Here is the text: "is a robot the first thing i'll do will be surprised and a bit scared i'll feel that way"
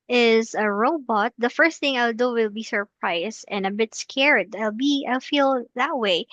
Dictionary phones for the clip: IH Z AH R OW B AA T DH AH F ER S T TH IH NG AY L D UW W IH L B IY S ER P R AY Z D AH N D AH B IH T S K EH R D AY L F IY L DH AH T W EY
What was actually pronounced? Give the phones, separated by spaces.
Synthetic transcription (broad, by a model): IH Z AH R OW B AA T DH AH F ER S T TH IH NG AY L D UW W IH L B IY S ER P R AY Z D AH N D AH B IH T S K EH R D AY L F IY L DH AH T W EY